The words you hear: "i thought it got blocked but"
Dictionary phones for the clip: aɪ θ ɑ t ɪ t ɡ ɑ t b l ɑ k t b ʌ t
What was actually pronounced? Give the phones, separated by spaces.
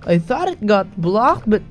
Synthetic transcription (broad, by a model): aɪ θ ɑ t ɪ t ɡ ɑ t b l ɑ k t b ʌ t